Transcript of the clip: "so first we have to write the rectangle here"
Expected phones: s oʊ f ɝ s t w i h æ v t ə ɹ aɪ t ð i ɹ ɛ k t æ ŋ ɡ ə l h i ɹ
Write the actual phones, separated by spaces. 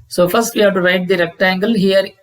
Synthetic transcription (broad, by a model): s oʊ f ɝ s t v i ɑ p t ə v aɪ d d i ɹ ɛ k t æ ŋ ɡ ə l h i ɹ